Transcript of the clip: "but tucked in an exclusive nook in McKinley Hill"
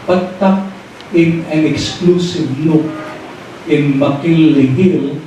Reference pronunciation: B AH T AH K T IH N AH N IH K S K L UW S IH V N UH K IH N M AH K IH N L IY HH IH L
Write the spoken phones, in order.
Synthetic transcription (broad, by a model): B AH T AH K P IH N AH N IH K S K L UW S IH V L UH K IH N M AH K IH L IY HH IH L